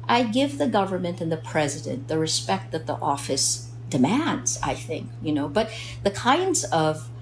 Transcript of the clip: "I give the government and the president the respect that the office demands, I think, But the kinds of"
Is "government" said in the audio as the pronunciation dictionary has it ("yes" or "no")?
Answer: yes